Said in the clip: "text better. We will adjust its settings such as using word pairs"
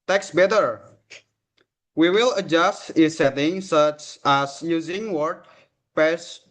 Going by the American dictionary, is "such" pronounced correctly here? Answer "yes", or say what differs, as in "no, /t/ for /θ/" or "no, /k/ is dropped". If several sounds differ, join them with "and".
yes